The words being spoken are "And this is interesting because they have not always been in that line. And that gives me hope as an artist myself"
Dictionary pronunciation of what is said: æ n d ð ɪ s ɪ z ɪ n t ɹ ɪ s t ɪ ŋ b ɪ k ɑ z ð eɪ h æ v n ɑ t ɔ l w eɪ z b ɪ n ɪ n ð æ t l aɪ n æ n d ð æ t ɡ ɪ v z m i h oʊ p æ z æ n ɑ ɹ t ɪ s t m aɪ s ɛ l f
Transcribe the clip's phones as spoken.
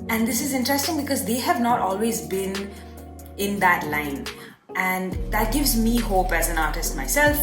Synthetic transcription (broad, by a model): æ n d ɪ s ɪ z ɪ n t ɹ ɪ s t ɪ ŋ b ɪ k ɑ z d eɪ h æ v n ɑ t ɔ l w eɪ z b ɪ n ɪ n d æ t l aɪ n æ n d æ t ɡ ɪ v z m i h oʊ p æ z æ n ɑ ɹ t ɪ s t m aɪ s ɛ l f